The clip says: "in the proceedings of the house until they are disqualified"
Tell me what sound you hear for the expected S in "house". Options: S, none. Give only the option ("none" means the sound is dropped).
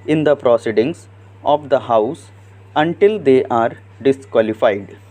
S